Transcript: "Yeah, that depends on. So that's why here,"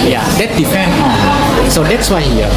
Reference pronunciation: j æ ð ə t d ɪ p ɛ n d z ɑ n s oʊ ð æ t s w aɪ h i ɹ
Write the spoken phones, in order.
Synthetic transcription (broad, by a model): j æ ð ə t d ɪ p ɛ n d ɑ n s oʊ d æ t s w aɪ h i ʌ